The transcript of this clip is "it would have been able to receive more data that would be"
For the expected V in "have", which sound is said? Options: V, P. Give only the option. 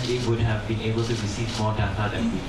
V